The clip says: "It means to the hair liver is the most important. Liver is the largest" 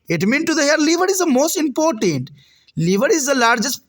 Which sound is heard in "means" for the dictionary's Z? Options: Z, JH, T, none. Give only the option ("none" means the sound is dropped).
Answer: none